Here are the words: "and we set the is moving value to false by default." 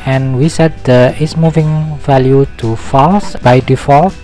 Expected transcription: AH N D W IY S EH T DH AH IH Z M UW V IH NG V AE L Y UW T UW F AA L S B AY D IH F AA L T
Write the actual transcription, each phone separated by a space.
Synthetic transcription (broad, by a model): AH N W IY S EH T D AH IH S M UW V IH NG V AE L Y UW T UW F AA L S B AY D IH F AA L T